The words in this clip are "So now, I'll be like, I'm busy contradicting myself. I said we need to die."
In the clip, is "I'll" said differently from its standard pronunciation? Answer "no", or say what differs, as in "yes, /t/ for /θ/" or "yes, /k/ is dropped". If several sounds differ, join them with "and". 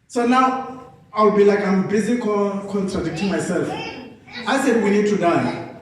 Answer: yes, /w/ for /l/